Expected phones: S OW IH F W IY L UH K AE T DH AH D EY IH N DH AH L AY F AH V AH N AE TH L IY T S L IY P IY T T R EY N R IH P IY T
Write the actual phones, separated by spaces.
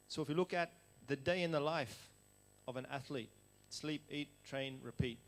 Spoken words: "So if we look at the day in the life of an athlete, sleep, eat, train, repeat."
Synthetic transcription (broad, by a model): S OW IH F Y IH L UH K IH T DH AH D EY IH N DH AH L AY F AH V AH N AE TH L IY T S L IY P IY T T R EY N R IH P IY T